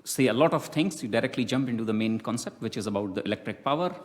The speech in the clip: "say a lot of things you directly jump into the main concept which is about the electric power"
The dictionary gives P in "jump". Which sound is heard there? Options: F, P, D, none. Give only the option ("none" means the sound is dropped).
P